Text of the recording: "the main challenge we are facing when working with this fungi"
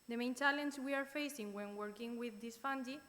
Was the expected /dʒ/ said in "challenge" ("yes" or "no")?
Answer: no